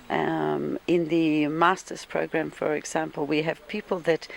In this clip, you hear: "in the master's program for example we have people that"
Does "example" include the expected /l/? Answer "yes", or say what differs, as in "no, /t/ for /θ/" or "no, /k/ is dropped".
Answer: yes